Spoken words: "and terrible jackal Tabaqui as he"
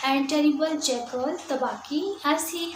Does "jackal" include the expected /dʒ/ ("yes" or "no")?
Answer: no